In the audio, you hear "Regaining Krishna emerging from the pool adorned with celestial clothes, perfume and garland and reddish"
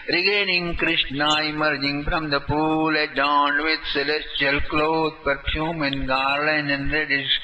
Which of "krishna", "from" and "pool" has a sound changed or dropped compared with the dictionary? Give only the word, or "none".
from